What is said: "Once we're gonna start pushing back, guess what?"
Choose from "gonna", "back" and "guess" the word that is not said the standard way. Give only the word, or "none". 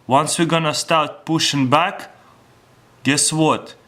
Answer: none